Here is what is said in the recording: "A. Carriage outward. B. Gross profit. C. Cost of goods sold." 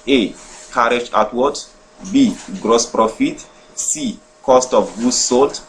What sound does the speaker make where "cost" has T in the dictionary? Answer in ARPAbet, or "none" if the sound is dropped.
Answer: T